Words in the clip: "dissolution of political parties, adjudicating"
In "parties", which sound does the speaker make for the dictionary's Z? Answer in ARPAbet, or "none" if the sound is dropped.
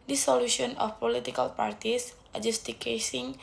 S